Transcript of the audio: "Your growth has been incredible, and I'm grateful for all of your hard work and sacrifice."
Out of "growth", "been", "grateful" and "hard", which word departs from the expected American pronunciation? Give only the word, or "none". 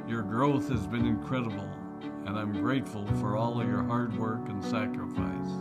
none